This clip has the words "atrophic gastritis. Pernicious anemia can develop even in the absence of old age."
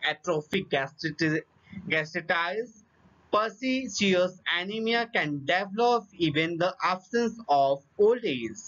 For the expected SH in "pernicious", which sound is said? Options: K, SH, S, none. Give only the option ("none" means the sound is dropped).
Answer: S